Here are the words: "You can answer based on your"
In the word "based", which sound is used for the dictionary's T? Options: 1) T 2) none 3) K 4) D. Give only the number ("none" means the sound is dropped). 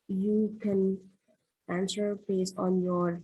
2